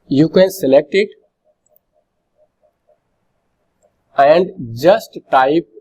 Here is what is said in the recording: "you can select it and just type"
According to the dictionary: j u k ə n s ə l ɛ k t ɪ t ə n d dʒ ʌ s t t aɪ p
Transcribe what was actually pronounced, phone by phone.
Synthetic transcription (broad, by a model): j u k ə n s ə l ɛ k t ɪ t ə n d dʒ ʌ s t t aɪ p